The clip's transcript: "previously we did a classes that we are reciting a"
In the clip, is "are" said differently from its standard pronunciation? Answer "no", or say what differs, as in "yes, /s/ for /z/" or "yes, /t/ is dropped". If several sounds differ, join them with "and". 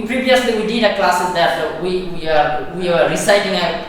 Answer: yes, /w/ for /ɹ/